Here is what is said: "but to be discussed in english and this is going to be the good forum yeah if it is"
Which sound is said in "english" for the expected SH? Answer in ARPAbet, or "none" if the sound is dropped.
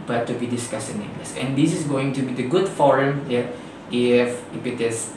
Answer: S